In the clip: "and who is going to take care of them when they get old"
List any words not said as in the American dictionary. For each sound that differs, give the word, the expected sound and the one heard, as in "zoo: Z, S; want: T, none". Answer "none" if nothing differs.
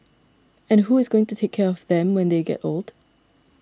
none